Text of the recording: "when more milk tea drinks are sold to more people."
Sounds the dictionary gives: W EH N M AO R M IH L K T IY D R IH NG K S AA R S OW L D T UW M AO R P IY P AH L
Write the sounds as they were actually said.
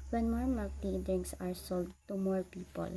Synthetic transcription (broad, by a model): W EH N M AO R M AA K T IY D IH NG S AA R S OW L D T UW M AO R P IY P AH L